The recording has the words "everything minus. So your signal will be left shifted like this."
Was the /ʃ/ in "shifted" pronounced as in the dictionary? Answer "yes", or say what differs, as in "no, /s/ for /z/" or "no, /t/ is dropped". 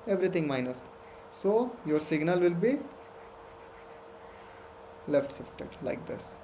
no, /s/ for /ʃ/